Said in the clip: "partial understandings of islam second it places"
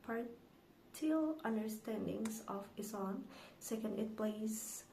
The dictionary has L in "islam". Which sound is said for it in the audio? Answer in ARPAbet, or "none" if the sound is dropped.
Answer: none